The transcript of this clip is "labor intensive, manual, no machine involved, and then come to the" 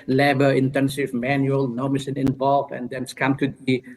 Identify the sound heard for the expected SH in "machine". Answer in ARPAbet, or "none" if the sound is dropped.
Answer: S